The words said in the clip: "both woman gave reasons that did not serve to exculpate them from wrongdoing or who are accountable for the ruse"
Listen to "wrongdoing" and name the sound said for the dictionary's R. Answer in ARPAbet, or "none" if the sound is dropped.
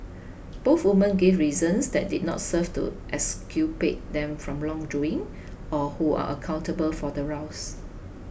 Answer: L